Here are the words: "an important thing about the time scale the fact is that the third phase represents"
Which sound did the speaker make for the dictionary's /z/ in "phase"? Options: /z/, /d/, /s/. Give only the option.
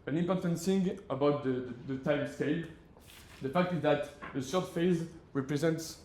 /z/